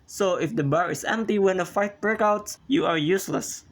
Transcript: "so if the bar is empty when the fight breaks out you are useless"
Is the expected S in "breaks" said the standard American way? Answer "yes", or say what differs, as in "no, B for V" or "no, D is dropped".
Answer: no, S is dropped